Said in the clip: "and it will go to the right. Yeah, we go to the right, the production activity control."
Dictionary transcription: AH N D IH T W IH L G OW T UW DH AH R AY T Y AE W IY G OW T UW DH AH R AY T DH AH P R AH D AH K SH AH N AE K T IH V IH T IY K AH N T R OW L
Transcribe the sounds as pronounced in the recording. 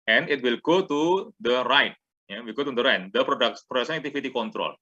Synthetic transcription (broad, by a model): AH N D IH T W IH L G OW T UW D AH R AY T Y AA W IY G OW T UW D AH R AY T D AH P R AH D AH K S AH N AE K T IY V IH T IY K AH N T R OW L